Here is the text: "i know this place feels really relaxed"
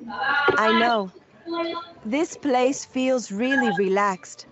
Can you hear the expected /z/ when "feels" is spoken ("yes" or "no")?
yes